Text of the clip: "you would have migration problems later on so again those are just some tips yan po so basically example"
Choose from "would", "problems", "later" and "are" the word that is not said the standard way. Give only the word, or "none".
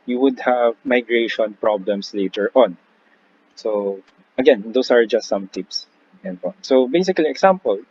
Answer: problems